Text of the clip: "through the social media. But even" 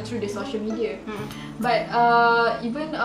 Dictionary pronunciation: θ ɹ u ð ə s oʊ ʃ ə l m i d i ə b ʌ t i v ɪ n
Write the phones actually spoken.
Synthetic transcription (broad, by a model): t ɹ u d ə s oʊ ʃ ə l m i d i ə b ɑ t i v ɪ n